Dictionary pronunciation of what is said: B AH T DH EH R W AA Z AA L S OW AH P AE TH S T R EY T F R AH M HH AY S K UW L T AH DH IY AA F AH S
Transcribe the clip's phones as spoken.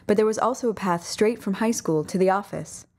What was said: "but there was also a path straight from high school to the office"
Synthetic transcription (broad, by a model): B AH T DH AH R W AA Z AA L S OW AH P AE TH S T R EY T F R AH M HH AY S K UW L T AH DH IY AA F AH S